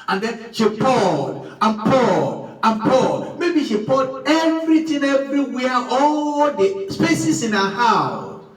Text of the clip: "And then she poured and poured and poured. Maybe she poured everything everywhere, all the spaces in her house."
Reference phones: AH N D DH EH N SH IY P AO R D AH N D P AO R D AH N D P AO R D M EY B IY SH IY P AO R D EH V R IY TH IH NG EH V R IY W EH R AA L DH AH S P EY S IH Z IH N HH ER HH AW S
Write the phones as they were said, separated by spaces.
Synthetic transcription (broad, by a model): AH N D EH N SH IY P AO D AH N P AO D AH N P AO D M EY B IY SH IY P AO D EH V R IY T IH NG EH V R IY W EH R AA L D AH S P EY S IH S IH N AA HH AW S